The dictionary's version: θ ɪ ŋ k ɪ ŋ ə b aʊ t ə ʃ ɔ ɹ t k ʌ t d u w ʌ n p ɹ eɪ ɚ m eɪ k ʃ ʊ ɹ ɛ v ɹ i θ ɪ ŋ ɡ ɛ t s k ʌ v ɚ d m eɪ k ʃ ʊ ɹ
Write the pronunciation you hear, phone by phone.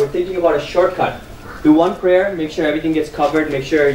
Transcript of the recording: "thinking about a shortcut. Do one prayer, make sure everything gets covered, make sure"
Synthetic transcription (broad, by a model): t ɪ ŋ k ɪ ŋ ə b aʊ t ə ʃ ɔ ɹ t k ʌ t d u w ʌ n p ɹ eɪ ɚ m eɪ k ʃ ʊ ɹ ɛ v ɹ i t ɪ ŋ ɡ ɛ t s k ʌ v ɚ d m eɪ k ʃ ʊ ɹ